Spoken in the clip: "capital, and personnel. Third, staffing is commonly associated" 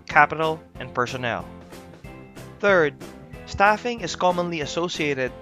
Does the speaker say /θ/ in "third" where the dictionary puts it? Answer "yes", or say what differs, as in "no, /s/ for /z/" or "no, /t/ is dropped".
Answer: yes